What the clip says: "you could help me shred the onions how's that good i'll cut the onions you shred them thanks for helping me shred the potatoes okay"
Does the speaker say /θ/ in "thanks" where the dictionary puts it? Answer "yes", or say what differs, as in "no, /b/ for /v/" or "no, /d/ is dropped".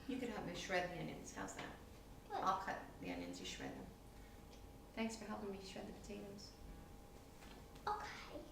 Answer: yes